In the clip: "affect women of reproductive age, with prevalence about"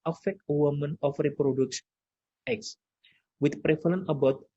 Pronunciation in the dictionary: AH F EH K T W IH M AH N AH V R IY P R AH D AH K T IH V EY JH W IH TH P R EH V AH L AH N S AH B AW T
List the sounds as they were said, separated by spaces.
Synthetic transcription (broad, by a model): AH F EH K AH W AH M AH N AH F R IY P R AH D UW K S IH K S W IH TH P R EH F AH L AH N AH B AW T